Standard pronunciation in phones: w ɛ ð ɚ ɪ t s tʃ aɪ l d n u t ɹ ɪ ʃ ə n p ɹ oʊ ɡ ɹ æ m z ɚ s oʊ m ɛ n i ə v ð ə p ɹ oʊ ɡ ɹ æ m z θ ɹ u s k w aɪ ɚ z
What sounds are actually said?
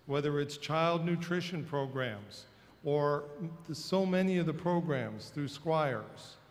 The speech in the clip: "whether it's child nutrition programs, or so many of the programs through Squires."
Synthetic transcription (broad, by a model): w ɛ ð ɚ ɪ t s tʃ aɪ l d n u t ɹ ɪ ʃ ə n p ɹ oʊ ɡ ɹ æ m z ɚ s oʊ m ɛ n i ə v ð ə p ɹ oʊ ɡ ɹ æ m z θ ɹ u s k w aɪ ɚ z